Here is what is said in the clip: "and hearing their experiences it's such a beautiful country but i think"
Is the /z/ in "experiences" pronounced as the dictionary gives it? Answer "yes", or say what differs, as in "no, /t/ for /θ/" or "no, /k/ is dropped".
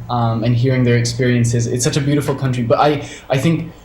yes